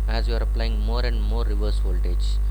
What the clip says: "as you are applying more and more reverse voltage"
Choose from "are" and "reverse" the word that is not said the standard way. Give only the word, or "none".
none